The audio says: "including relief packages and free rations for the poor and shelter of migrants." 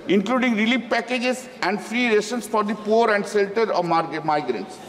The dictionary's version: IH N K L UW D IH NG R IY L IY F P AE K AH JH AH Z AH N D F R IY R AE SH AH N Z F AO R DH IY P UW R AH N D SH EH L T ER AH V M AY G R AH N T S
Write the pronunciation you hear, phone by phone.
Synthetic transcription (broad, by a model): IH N K L UW D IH NG R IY L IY P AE K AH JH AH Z AH N D F R IY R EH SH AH N S F AO R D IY P UW R AH N D S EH L T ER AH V M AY G R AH N T S